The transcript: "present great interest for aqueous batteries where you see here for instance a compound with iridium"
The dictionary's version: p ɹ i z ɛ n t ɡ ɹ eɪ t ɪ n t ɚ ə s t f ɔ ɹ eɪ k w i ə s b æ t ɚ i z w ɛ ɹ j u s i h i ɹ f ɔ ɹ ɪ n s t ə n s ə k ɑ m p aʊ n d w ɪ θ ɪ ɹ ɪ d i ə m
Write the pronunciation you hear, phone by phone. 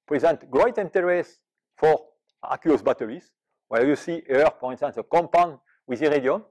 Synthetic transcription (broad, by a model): p ɹ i z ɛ n t ɡ ɹ eɪ t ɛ n t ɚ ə s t f ɔ ɹ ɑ k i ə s b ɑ t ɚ i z w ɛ l j u s i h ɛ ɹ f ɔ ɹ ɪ n s t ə n s ə k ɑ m p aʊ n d w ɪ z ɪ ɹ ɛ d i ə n